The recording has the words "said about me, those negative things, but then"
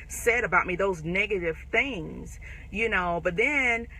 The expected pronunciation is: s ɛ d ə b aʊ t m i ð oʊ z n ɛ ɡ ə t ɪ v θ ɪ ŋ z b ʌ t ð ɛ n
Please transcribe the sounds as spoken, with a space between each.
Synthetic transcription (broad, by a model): s ɛ d ə b aʊ t m i ð oʊ z n ɛ ɡ ə t ɪ v θ ɪ ŋ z b ʌ t ð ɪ n